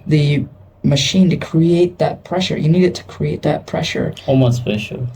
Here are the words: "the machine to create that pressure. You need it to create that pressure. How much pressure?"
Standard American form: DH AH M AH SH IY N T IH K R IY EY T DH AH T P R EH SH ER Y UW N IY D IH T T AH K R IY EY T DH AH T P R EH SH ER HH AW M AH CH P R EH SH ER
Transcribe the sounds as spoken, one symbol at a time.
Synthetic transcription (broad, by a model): DH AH M AH SH IY N T IH K R IY EY T DH AH T P R EH SH ER Y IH N IY D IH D T AH K R IY EY T DH AH T P R EH SH ER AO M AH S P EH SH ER